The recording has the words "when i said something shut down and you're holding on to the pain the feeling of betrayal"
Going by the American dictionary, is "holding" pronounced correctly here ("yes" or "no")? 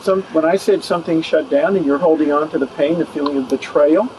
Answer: yes